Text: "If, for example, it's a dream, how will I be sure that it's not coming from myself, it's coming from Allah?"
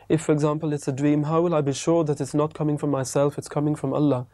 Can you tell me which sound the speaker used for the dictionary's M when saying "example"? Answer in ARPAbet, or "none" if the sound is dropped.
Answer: M